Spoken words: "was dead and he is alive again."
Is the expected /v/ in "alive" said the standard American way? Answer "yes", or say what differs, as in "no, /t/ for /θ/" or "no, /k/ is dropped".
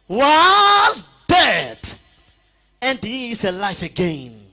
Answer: no, /f/ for /v/